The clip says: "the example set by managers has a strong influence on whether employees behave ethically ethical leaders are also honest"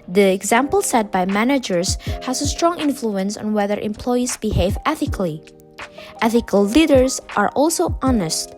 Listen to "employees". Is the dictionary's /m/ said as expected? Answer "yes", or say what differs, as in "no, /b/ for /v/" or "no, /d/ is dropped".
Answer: yes